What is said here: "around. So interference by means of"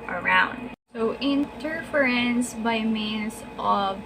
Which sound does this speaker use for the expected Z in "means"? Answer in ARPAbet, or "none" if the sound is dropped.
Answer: S